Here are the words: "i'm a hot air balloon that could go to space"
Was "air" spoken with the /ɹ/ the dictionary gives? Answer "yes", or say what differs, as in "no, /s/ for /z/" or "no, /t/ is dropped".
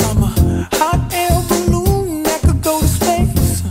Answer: no, /l/ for /ɹ/